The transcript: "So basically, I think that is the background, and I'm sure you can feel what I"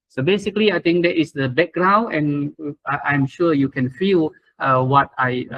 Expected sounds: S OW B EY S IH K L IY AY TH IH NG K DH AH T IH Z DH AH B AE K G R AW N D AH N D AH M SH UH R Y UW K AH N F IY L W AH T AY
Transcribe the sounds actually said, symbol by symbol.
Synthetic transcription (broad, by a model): S OW B EY S IH K L IY AY T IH NG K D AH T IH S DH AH B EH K G R AW N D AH N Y AH M SH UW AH Y UW K AH N F IY L W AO T AY